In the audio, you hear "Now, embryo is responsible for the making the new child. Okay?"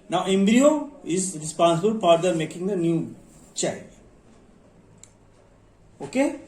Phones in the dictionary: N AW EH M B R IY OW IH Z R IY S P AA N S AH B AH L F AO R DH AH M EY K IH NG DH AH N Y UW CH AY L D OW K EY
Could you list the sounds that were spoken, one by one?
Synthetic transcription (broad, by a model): N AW EH M B R IY OW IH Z R IY S P AA N S AH B AH L P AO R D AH M EY K IH NG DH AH N Y UW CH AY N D OW K EY